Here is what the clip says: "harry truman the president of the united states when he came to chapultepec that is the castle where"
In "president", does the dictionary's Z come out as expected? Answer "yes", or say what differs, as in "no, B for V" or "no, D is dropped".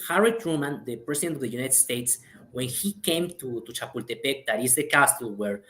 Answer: no, S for Z